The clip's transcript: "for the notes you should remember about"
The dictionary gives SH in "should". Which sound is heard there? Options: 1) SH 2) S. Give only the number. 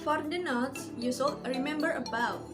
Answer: 2